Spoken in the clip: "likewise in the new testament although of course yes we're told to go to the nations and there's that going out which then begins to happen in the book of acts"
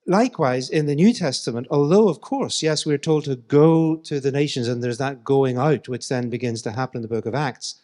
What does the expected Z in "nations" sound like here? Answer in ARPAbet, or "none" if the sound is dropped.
Z